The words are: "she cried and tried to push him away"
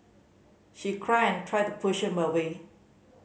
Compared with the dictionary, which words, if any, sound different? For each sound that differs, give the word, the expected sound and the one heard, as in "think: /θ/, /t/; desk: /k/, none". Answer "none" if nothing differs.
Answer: cried: /d/, none